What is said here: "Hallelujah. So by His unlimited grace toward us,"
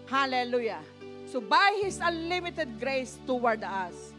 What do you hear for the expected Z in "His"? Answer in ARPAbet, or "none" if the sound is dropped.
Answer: S